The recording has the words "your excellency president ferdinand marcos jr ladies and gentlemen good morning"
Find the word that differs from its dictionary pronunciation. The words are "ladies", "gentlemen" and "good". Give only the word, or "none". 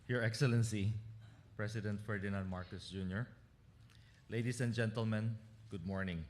ladies